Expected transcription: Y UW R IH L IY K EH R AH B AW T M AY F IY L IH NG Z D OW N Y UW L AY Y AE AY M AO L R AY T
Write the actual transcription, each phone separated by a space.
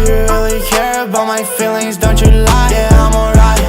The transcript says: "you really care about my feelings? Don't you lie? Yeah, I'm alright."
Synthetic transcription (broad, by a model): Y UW R IH L IY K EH R AH B AW T M AY F IY L IH NG Z D OW N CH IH L AY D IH AY M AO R AY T